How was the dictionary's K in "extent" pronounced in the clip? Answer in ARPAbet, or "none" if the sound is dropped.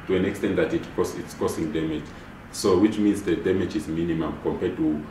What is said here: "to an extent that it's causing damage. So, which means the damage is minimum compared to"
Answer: K